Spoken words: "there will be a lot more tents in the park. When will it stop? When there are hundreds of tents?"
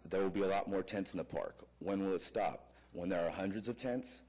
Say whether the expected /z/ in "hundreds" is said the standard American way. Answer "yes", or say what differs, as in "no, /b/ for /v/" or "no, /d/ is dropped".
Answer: yes